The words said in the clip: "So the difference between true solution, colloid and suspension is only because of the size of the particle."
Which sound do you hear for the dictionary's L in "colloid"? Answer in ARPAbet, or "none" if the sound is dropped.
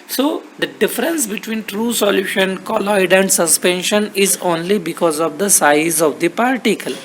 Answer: L